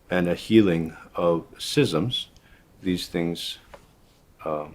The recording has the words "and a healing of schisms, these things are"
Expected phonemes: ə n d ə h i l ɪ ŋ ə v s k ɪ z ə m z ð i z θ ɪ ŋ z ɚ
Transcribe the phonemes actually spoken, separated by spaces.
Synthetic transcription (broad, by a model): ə n ə h i l ɪ ŋ ə v s ɪ z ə m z ð i z θ ɪ ŋ z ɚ